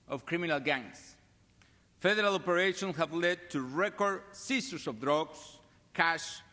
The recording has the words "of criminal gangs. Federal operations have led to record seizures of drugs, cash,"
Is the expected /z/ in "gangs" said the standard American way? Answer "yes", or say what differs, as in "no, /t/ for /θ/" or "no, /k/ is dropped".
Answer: no, /s/ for /z/